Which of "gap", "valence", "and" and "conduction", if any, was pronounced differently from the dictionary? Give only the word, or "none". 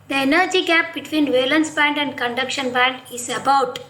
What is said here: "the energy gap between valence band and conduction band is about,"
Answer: none